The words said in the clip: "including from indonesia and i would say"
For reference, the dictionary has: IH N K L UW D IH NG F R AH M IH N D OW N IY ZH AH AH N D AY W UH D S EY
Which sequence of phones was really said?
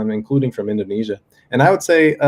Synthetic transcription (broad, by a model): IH N K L UW D IH NG F R AH M IH N D OW N IY ZH AH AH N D AY W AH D S EY